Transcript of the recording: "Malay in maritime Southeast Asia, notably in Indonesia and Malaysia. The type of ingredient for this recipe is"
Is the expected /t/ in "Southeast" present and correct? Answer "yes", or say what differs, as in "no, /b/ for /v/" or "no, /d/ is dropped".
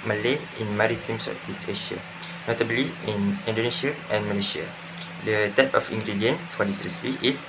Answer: no, /t/ is dropped